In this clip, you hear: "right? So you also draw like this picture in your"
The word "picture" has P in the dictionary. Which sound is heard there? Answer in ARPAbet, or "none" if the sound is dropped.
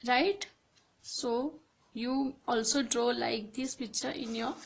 B